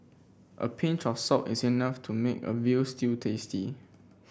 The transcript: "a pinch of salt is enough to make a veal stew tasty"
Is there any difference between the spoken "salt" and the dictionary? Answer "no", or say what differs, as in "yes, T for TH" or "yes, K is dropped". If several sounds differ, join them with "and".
yes, L is dropped